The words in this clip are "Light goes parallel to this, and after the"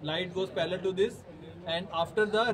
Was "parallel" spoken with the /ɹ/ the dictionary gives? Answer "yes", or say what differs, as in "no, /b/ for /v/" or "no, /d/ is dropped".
no, /l/ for /ɹ/